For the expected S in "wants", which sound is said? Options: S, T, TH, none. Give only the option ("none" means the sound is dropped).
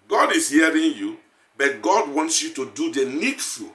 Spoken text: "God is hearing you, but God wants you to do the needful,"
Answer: S